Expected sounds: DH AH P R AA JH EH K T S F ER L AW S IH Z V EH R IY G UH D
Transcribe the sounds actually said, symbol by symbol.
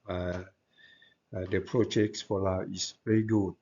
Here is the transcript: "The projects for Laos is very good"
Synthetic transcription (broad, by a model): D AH P R AA JH EH K T S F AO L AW IH S V EH R IY G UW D